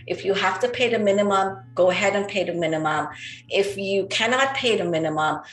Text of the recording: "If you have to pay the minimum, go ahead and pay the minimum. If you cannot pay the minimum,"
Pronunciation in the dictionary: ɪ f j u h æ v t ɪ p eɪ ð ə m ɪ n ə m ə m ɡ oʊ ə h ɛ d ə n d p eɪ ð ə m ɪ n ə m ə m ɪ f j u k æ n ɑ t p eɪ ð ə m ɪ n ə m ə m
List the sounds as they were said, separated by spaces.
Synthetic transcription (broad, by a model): ɪ f j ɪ h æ f t ɪ p eɪ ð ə m ɪ n ə m ə m ɡ oʊ ə h ɛ d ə n p eɪ ð ə m ɪ n ə m ə m ɪ f j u k æ n ɑ t p eɪ ð ə m ɪ n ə m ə m